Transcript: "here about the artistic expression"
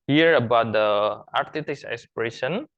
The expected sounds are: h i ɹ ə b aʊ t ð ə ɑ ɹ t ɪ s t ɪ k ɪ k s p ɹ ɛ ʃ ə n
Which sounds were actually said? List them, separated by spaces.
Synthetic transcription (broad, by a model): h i ɹ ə b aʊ t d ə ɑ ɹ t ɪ t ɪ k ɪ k s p ɹ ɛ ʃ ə n